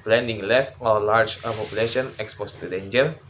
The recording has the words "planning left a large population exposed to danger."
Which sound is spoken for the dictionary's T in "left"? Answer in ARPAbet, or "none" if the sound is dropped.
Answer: T